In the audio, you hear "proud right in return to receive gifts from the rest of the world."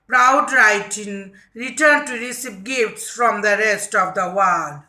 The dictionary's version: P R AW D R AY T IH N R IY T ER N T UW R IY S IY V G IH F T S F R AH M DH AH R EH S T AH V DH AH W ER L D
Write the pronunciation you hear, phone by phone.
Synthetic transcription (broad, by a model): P R AW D R AY T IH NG R IY T ER N T UW R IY S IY P G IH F T S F R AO M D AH R EH S T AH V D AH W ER L D